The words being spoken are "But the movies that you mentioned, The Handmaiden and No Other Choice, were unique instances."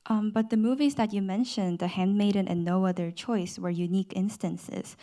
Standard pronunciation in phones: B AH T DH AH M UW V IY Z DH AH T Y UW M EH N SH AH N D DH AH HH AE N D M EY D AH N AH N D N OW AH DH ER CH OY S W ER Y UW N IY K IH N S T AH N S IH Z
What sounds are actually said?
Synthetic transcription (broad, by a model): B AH T DH AH M UW V IY Z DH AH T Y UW M EH N SH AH N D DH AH HH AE N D M EY D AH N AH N N OW AH DH ER CH OY S W ER Y UW N IY K IH N S T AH N S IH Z